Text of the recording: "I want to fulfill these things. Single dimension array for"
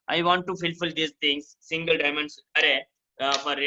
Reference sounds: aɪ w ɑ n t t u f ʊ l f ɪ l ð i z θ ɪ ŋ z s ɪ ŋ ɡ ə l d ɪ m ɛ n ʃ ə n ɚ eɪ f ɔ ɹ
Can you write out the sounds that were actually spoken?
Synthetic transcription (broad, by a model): aɪ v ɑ n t t u f ʊ l f ɪ l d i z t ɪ ŋ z s ɪ ŋ ɡ ə l d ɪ m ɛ n s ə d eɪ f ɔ ɹ